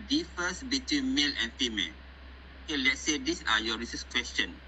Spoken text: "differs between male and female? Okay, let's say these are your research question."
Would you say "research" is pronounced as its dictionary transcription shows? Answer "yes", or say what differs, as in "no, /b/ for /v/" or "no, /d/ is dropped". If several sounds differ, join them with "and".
no, /s/ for /tʃ/